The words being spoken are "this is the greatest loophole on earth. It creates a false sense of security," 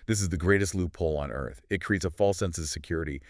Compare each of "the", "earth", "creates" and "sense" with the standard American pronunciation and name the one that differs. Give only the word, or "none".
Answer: none